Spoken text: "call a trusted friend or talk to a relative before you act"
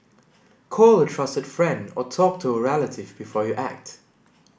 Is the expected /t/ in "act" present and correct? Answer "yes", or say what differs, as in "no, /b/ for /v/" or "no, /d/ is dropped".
yes